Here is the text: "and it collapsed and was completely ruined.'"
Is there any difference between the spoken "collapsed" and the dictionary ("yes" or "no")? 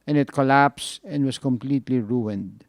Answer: yes